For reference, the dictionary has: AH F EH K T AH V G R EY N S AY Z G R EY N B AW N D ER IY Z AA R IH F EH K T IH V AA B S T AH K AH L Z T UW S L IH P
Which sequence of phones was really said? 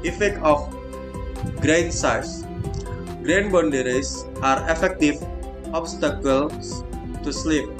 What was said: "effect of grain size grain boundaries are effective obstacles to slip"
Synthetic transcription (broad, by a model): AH F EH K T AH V G R EY N S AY S G R EY N B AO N D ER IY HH AA R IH F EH K T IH F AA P S T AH K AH L S T UW S L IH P